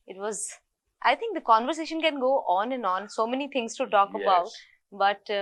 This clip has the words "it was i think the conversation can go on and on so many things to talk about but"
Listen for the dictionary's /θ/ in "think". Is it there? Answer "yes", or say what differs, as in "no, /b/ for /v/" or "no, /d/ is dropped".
no, /t/ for /θ/